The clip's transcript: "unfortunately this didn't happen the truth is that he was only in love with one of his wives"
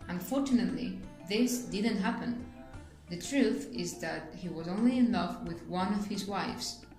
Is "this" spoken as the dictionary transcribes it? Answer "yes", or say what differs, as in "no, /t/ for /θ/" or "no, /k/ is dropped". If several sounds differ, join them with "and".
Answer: yes